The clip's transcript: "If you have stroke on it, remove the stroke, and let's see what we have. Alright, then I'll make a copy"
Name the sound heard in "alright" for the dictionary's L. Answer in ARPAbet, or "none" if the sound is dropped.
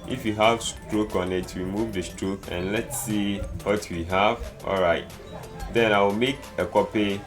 L